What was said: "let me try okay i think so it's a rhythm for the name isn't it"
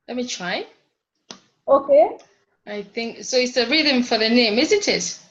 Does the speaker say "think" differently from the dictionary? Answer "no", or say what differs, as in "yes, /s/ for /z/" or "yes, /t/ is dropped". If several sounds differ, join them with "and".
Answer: no